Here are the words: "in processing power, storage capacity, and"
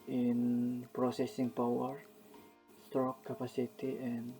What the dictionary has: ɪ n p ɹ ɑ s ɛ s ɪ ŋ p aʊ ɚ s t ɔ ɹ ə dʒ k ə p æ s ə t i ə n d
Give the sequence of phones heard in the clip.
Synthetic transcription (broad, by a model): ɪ n p ɹ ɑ s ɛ s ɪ ŋ p aʊ ɚ s t ɹ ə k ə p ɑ s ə t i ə n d